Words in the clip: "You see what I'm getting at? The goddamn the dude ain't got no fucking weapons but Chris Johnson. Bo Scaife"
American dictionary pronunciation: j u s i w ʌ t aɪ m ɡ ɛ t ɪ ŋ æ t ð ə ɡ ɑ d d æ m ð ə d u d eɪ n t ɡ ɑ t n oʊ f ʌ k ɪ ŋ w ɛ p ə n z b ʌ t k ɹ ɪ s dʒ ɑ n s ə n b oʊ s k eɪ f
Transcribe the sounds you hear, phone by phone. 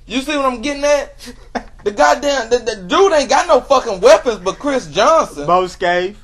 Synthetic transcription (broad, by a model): j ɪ s i w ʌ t aɪ m ɡ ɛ t ɪ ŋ æ t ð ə ɡ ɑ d d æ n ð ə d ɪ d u t ɡ ɑ t n oʊ f ʌ k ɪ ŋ w ɛ p ə n z b ʌ t k ɹ ɪ s dʒ ɑ n s ə n b oʊ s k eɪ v